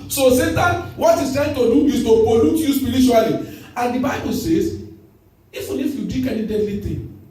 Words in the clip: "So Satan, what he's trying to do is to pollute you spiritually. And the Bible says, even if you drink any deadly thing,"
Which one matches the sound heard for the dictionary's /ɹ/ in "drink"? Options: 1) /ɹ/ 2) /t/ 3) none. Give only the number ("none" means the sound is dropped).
3